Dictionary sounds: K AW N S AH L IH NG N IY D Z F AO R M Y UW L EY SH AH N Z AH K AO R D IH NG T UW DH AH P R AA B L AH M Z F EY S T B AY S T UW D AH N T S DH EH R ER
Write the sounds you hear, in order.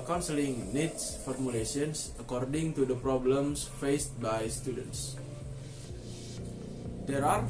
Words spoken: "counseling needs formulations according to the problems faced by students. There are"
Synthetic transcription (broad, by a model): K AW N S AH L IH NG N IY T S F AO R M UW L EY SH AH N S AH K AO R D IH NG T UW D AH P R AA B L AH M S F EY S T B AY S T UW D AH N T S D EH R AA